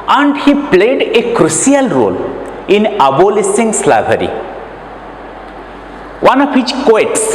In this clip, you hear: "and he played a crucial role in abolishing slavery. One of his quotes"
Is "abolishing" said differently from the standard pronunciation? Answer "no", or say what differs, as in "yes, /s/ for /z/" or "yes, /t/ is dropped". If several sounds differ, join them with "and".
yes, /s/ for /ʃ/